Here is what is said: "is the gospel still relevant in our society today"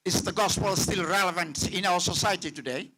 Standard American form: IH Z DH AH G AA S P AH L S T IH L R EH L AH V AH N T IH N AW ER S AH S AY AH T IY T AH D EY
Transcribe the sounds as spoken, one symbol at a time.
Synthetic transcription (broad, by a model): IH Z DH AH G AA S P AH L S T IH L R EH L AH V AH N T IH N AW ER S AH S AY AH T IY T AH D EY